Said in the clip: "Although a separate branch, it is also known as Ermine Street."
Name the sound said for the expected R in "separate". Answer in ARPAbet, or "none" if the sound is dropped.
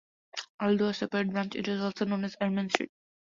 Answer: none